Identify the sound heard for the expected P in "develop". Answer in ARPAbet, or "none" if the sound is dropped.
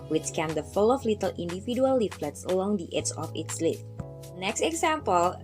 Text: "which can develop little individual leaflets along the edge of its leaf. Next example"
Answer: F